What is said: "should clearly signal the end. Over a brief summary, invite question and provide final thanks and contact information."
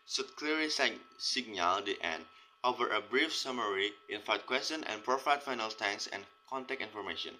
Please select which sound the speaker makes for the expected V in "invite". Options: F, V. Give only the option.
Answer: F